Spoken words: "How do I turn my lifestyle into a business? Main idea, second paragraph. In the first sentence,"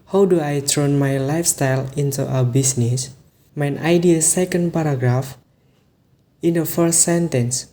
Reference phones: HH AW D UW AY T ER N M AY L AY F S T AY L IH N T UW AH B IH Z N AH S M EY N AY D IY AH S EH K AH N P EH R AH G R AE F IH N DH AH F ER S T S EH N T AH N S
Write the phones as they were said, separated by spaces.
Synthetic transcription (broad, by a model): HH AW D UW AY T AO N M AY L AY F S T AY L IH N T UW AH B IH S N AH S M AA N AY D IY AH S EH K AH N P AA R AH G R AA F IH N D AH F ER S T S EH N T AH N S